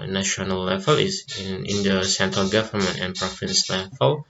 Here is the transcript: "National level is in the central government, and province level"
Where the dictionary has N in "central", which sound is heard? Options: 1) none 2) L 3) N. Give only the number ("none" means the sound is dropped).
3